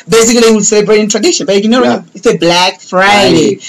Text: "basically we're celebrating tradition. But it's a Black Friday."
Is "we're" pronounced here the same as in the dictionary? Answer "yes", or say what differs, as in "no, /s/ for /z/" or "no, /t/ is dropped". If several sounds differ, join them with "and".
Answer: no, /l/ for /ɹ/